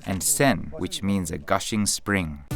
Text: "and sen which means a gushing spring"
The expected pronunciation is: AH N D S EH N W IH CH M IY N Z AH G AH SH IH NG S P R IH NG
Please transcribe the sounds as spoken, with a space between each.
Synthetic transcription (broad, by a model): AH N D S EH N W IH CH M IY N Z AH G AH SH IH NG S P R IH NG